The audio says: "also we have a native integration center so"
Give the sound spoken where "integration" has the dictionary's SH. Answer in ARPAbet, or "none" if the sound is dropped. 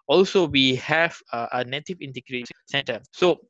none